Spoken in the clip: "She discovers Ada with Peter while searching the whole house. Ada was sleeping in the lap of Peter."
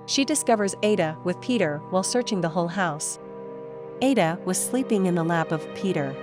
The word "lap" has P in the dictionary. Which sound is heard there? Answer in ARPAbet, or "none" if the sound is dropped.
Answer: P